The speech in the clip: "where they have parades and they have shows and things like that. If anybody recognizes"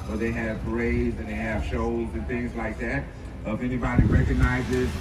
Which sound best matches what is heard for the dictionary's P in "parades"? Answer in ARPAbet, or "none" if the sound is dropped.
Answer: B